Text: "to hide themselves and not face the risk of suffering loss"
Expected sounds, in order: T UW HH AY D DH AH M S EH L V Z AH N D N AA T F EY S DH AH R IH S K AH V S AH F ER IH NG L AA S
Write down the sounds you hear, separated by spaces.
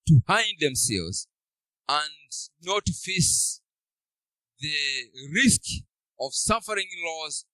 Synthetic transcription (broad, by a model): T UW HH AY D DH AH M S EH L V Z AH N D N AA T F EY S DH AH R IH S K AH V S AH F ER IH NG L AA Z